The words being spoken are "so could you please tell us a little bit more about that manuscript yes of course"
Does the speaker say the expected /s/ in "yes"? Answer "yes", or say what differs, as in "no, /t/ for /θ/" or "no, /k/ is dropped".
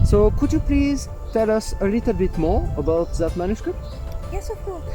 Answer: yes